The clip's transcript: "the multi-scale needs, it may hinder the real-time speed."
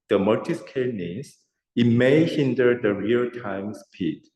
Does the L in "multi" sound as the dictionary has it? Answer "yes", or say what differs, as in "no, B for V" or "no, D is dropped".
no, L is dropped